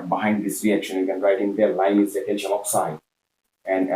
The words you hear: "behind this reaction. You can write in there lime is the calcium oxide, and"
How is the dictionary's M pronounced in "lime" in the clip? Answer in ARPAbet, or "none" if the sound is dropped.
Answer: none